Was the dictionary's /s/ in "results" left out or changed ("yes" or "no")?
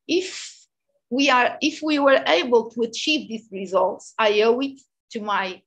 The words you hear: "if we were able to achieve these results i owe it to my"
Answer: no